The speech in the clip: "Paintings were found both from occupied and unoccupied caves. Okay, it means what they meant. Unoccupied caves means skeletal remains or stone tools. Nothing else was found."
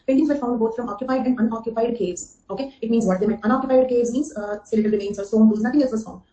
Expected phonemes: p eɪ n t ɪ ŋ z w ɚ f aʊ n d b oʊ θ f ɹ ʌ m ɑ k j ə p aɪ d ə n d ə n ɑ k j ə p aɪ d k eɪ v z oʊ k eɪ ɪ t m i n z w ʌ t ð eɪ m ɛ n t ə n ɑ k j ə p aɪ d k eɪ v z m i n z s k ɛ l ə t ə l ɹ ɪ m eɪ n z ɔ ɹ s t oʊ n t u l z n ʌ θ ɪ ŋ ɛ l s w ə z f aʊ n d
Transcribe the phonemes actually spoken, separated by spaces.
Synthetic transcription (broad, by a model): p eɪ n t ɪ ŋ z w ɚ f aʊ n d b oʊ t f ɹ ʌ m ɑ k j ə p aɪ d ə n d ə n ɑ k j ə p aɪ d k eɪ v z oʊ k eɪ ɪ t m i n z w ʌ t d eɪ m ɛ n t ə n ɑ k j ə p aɪ d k eɪ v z m i n z s ɛ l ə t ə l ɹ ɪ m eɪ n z ɔ ɹ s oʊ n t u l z n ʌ t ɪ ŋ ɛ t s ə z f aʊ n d